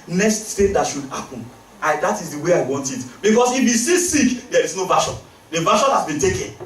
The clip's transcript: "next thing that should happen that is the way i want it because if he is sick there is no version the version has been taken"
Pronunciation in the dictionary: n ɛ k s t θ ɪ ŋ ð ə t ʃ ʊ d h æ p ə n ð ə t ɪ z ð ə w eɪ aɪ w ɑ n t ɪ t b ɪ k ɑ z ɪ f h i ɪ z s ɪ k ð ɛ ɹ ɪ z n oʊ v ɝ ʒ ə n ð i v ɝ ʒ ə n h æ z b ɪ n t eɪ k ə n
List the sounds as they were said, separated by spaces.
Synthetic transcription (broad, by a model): n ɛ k s t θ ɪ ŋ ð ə t ʃ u d h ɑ p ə n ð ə t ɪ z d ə w eɪ aɪ w ɑ n t ɪ t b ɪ k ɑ s ɪ f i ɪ s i k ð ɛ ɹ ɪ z n oʊ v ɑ ʃ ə n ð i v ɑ ʃ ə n h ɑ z b ɪ n t eɪ k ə n